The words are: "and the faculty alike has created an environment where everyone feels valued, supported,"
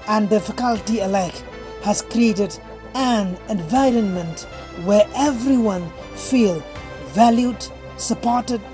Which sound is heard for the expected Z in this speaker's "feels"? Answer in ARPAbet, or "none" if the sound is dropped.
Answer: none